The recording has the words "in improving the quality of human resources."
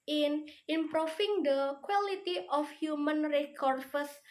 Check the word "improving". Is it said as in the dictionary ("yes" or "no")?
no